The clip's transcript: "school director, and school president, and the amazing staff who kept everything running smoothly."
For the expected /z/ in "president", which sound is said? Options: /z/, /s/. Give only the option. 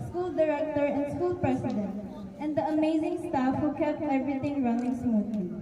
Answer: /s/